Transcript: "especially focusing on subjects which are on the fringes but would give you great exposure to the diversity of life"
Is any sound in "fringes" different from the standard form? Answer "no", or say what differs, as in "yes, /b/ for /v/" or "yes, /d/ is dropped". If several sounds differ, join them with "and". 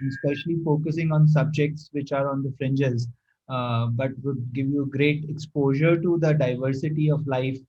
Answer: no